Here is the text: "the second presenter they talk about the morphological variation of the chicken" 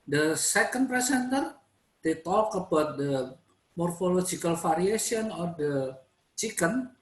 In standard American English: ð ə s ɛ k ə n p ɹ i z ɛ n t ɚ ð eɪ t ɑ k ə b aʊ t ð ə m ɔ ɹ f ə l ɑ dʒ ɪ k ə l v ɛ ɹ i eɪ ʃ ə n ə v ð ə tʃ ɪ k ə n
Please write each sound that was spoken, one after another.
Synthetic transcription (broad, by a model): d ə s ɛ k ə n p ɹ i s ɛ n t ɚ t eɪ t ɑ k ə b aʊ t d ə m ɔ ɹ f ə l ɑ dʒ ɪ k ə l f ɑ ɹ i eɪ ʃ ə n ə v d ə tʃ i k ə n